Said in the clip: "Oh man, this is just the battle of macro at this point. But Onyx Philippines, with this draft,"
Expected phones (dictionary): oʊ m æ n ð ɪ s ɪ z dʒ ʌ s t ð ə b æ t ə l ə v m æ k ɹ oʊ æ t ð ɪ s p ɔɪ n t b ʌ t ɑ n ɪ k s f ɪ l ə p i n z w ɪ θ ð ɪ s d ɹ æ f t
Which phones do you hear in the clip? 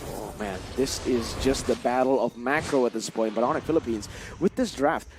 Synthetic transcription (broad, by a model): oʊ m æ n ð ɪ s ɪ z dʒ ʌ s t ð ə b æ t l ə v m æ k ɹ oʊ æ t ð ɪ s p ɔɪ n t b ʌ t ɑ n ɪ f ɪ l ə p i n z w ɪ ð ɪ s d ɹ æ f t